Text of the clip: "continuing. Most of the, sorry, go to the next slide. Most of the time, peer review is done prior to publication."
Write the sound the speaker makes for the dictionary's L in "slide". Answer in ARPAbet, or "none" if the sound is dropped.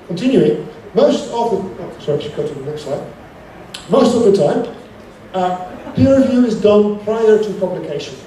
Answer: none